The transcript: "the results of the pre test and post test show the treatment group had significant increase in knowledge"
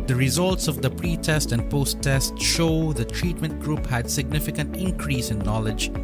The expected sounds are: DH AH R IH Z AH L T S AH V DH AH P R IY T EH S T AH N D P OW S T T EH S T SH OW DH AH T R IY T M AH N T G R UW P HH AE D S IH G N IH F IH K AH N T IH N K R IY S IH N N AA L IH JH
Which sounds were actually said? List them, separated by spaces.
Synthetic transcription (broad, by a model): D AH R IH Z AH L T S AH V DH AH P R IY T EH S T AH N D P OW S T T EH S T SH OW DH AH T R IY T M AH N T G R UW P HH AE D S IH G N IH F IH K AH N T IH N K R IY S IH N N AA L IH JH